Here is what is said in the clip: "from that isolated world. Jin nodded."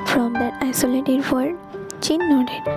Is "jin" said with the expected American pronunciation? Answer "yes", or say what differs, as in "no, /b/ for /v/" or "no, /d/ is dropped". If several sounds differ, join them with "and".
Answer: no, /tʃ/ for /dʒ/